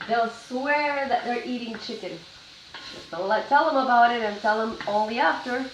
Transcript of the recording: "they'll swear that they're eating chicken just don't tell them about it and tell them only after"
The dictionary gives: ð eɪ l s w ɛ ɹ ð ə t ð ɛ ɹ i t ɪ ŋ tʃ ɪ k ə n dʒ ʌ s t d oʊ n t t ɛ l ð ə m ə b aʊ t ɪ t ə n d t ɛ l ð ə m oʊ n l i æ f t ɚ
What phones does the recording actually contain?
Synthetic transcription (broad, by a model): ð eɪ l s w ɛ ɹ ð ə t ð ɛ ɹ i t ɪ ŋ tʃ ɪ k ə n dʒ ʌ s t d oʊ l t t ɛ l ð ə m ə b aʊ t ɪ t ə n t ɛ l ð ə m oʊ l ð i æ f t ɚ